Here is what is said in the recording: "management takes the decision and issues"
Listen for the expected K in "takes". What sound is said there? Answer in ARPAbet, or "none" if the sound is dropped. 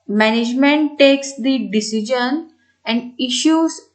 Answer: K